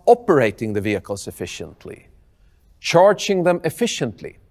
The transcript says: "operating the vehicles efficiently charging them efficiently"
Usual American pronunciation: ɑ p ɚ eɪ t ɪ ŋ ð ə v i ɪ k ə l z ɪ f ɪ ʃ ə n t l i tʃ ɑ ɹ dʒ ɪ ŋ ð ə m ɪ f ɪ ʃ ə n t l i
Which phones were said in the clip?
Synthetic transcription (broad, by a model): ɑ p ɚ eɪ t ɪ ŋ ð ə v i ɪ k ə l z ɪ f ɪ ʃ ə n t l i tʃ ɑ ɹ dʒ ɪ ŋ ð ə m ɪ f ɪ ʃ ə n t l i